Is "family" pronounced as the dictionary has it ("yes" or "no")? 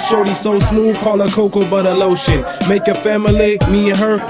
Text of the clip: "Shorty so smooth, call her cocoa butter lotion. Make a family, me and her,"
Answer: yes